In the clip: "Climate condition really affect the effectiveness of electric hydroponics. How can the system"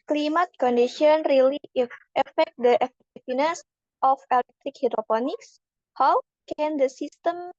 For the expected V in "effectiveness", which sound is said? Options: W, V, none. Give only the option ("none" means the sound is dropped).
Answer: none